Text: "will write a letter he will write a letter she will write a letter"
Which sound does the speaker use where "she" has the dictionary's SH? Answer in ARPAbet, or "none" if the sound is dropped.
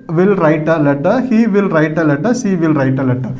S